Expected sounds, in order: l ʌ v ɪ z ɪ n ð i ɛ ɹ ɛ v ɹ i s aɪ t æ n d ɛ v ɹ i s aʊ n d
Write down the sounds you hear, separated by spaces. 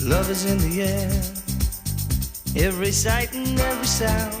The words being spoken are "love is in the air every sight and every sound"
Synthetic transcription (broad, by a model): l ʌ v ɪ z ɪ n ð i ɛ ɹ ɛ v ɹ i s aɪ t n ɛ v ɹ i s aʊ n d